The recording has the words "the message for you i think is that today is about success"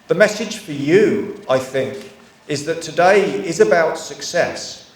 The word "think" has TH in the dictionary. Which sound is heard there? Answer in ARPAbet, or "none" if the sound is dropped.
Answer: TH